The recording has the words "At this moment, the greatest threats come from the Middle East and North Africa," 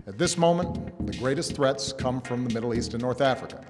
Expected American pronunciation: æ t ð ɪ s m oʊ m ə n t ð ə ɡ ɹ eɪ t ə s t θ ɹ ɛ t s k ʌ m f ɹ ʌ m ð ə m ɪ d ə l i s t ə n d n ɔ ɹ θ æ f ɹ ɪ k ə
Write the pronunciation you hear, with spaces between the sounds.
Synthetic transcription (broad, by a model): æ t ð ɪ s m oʊ m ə n ð ə ɡ ɹ eɪ t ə s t θ ɹ ɛ t s k ʌ m f ɹ ʌ m ð ə m ɪ d l i s t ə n n ɔ ɹ θ æ f ɹ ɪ k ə